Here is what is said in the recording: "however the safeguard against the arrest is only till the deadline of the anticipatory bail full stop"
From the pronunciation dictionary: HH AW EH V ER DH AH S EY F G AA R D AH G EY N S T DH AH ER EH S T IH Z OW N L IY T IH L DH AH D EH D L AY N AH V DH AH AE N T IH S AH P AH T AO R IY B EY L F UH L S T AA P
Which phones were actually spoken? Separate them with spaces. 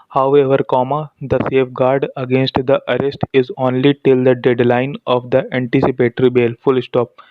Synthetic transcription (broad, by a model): HH AW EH V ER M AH S EY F G AA R D AH G EY N S T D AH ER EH S T IH Z OW N L IY T IH L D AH D EH D L AY N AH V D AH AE N T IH S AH P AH T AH R IY B EY L F UH L S T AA P